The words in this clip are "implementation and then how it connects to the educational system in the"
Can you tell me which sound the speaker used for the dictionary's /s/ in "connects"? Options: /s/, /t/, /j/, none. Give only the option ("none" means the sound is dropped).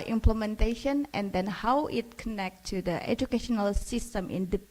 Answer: none